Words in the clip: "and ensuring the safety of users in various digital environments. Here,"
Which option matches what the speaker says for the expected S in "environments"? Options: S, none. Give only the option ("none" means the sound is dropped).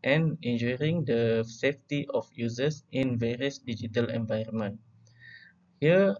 none